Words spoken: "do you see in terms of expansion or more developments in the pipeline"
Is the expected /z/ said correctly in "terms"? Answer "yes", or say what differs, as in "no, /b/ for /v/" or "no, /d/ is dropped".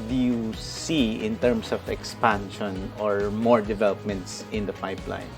no, /s/ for /z/